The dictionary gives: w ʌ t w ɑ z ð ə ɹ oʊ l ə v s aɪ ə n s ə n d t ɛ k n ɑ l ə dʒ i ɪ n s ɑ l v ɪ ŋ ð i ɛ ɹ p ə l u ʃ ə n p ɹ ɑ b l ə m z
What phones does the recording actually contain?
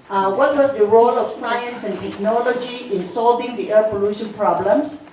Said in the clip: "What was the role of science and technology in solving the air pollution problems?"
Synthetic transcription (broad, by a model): w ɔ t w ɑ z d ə ɹ oʊ l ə f s aɪ ə n s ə n t ɛ k n ɑ l ə dʒ i ɪ n s ɑ l v ɪ ŋ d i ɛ p ə l u ʃ ə n p ɹ ɑ b l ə m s